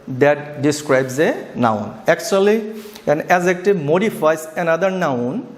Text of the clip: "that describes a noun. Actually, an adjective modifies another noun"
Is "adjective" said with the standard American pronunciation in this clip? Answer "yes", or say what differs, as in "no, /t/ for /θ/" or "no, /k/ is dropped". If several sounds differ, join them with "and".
no, /z/ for /dʒ/